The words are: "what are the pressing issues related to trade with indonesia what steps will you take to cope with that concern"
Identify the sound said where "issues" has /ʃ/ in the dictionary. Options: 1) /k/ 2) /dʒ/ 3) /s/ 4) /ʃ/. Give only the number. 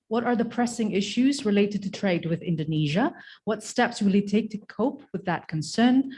4